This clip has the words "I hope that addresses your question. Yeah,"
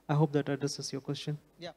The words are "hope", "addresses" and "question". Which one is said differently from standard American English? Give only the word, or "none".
addresses